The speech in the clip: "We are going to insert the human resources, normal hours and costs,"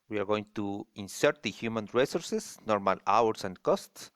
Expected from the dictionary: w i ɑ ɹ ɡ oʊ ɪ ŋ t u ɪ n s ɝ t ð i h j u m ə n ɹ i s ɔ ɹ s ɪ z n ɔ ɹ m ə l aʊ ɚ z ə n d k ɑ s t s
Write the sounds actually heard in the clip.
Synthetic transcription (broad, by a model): w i ɑ ɹ ɡ oʊ ɪ ŋ t u ɪ n s ɝ t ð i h j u m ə n ɹ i s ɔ ɹ s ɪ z n ɔ ɹ m ə l aʊ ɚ s ə n d k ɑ s t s